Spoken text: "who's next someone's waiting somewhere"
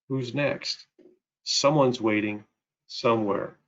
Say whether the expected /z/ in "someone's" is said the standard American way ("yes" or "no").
yes